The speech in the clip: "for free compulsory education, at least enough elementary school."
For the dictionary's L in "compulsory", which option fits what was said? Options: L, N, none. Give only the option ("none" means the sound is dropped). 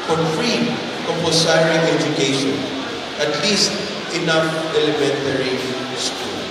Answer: none